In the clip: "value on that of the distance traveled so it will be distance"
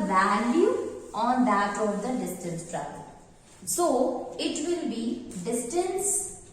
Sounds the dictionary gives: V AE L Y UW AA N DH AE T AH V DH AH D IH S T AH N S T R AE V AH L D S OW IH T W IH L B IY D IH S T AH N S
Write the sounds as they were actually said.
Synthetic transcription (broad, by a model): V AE L Y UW AA N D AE T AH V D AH D IH S T AH N S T R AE B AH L S OW IH T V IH L B IY D IH S T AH N S